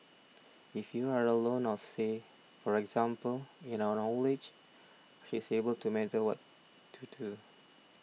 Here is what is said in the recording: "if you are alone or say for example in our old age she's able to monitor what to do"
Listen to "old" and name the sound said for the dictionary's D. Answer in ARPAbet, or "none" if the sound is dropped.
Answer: none